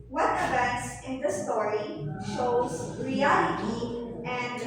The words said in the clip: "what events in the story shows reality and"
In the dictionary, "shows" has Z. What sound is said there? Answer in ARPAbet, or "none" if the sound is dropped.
Z